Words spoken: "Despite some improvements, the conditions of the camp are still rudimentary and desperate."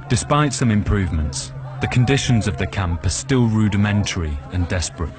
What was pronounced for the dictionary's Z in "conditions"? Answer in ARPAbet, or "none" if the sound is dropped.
Z